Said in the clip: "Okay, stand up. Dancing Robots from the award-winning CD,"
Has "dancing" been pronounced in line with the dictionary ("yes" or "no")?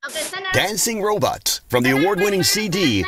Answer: yes